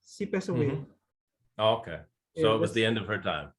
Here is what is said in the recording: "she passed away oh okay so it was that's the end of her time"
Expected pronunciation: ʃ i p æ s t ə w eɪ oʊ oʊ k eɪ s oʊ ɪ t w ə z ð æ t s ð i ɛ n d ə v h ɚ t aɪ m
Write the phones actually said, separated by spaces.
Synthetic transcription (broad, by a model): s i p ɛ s ə w eɪ oʊ oʊ k eɪ s oʊ ɪ t w ə z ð ð i ɛ n d ə v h ɚ t aɪ m